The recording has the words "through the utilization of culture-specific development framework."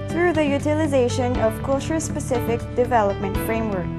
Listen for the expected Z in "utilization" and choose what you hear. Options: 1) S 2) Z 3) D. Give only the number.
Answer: 2